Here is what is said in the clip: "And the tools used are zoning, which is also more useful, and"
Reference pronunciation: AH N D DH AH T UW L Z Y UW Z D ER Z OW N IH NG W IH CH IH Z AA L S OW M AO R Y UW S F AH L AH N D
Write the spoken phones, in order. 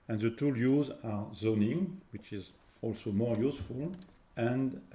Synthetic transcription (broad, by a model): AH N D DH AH T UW L Y UW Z AA Z OW N IH NG W IH CH IH Z AA L S OW M AO R Y UW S F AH L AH N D